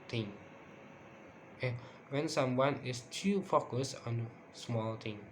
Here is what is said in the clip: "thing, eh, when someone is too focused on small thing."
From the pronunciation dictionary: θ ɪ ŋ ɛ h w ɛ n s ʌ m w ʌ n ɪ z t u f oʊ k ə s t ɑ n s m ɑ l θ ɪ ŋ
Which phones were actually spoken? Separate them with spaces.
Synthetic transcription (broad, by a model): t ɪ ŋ ɛ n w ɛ n s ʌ m w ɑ n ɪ s t u f oʊ k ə s ɑ n s m ɑ l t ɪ ŋ